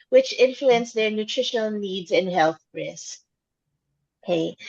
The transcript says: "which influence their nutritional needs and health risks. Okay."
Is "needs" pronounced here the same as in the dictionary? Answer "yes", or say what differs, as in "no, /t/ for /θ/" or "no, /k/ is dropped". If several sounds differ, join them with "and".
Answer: yes